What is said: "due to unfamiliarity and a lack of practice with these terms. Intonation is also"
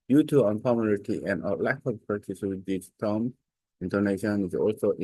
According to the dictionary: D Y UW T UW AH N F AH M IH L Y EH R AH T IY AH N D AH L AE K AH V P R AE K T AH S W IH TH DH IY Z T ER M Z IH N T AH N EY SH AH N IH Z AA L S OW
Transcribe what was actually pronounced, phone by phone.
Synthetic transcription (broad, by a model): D Y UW T UW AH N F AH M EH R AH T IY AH N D AH L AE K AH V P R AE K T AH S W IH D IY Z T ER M IH N T AH N EY SH AH N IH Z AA L S OW